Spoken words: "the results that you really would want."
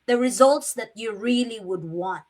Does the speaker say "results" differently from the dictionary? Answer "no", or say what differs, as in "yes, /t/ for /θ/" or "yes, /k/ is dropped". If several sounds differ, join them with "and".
no